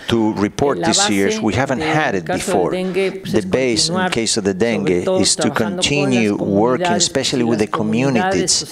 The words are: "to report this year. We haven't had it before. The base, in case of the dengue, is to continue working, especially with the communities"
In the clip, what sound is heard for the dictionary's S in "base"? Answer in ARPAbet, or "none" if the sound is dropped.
none